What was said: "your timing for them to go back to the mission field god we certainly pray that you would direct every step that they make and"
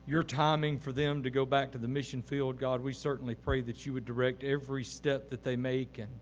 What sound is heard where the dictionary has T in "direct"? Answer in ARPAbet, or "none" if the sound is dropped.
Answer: T